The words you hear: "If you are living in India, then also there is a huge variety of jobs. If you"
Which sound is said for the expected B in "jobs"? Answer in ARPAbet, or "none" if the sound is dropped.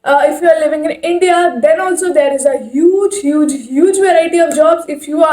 B